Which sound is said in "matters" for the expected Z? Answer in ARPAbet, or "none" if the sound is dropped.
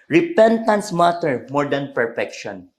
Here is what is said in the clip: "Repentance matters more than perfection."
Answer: none